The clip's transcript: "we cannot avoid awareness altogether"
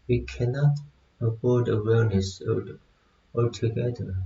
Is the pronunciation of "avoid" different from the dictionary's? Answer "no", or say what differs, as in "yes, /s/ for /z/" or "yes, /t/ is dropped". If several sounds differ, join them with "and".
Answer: yes, /b/ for /v/